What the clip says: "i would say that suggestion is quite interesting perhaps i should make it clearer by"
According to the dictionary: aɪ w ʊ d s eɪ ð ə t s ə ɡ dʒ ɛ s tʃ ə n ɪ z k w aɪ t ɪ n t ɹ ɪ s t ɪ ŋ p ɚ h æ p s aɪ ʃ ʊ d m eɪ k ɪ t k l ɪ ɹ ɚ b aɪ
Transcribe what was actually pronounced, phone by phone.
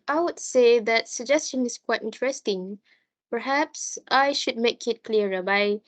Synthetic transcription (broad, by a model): aɪ w ʊ d s eɪ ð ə t s ə ɡ dʒ ɛ s tʃ ə n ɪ s k w aɪ t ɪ n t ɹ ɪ s t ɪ ŋ p ɚ h æ p s aɪ ʃ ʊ d m eɪ k ɪ t k l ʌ ɹ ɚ b aɪ